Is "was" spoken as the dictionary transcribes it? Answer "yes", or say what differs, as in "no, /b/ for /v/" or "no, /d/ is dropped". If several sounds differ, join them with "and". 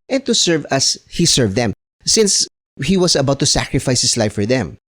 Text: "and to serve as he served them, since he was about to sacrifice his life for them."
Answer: no, /s/ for /z/